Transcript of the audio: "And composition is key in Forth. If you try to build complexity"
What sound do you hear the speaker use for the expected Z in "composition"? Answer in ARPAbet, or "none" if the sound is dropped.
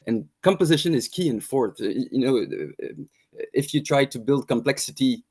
Z